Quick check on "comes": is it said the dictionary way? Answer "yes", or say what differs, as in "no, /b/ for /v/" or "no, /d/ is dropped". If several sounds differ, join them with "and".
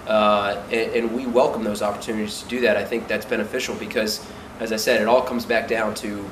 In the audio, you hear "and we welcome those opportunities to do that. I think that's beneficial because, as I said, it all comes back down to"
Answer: yes